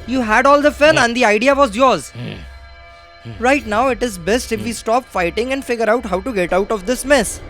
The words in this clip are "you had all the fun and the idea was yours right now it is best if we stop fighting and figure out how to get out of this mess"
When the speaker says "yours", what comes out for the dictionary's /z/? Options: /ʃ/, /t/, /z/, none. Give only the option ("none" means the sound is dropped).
/z/